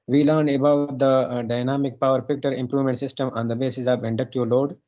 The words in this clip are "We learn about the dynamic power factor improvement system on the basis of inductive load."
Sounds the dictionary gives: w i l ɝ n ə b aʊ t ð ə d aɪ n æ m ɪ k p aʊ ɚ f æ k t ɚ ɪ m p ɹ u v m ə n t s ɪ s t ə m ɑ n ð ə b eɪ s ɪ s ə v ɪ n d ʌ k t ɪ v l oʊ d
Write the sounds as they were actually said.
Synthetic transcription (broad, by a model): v i l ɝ n ə b aʊ t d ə d aɪ n æ m ɪ k p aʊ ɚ p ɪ k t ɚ ɪ m p ɹ u v m ə n t s ɪ s t ə m ɑ n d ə b eɪ s ɪ s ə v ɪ n d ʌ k t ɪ l oʊ d